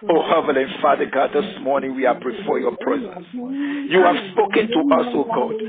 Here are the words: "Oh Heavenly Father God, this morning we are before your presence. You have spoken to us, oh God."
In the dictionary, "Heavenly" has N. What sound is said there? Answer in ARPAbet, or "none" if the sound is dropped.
none